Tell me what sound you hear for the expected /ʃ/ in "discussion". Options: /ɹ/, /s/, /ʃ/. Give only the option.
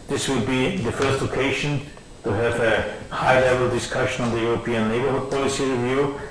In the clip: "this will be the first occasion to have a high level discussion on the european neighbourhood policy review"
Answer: /ʃ/